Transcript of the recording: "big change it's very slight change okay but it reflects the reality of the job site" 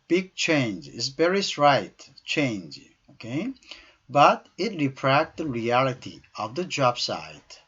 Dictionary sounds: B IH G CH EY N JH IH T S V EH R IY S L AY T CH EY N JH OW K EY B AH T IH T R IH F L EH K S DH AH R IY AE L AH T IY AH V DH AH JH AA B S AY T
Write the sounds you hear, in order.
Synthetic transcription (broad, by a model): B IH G CH EY N JH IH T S B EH R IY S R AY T CH EY N JH OW K EY B AH T IH T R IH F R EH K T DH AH R IY AE L AH T IY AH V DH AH JH AA B S AY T